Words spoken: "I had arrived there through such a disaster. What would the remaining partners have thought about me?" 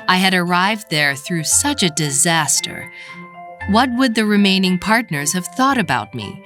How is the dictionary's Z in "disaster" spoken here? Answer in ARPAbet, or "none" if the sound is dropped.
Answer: Z